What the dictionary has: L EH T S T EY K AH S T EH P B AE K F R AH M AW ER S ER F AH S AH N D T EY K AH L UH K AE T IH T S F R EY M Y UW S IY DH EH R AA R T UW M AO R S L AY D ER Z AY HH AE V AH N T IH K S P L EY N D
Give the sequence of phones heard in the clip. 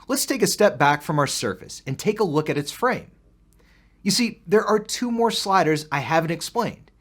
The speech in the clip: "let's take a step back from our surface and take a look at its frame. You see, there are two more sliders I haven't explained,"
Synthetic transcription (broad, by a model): L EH T S T EY K AH S T EH P B AE K F R AH M AW ER S ER F AH S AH N T EY K AH L UH K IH T IH T S F R EY M Y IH S IY DH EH R AA R T UW M AO R S L AY D ER Z AY HH AE V AH N T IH K S P L EY N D